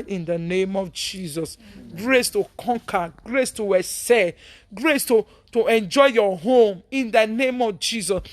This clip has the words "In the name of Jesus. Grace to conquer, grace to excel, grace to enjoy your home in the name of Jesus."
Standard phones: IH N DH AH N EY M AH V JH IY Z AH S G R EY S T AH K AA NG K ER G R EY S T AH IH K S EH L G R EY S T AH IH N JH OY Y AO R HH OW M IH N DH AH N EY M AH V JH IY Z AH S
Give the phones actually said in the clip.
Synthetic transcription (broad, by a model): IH N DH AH N EY M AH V JH IY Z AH S G R EY S T AH K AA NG K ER G R EY S T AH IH S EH G R EY S T AH IH N JH OY Y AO HH OW M IH N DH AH N EY M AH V JH IY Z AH S